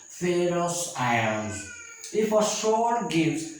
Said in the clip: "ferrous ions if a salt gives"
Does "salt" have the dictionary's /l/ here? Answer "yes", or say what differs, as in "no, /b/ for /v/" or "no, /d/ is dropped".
no, /l/ is dropped